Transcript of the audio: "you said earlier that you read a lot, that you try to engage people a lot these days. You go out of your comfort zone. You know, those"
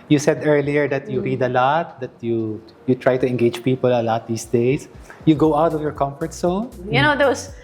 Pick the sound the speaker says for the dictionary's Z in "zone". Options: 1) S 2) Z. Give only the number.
1